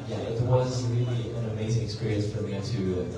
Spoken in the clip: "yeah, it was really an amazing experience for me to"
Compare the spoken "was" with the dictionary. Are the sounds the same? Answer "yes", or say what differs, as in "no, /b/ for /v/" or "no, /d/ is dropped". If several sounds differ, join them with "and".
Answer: yes